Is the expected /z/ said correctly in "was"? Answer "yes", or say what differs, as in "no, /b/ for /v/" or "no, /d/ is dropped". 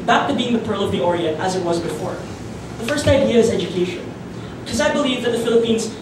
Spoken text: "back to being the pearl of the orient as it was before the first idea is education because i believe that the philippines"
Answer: yes